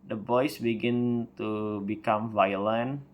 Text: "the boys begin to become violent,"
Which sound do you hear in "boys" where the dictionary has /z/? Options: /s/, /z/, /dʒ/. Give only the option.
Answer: /s/